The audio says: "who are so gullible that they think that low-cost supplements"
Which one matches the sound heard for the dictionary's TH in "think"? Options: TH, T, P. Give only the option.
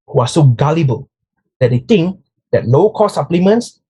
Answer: T